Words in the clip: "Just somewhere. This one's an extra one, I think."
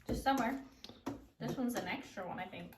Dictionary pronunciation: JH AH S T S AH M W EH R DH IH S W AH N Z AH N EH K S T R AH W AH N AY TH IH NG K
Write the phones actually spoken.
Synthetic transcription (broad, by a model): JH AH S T S AH M W EH R DH IH S W AH N Z AH N EH K S T R AH W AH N AY TH IH NG K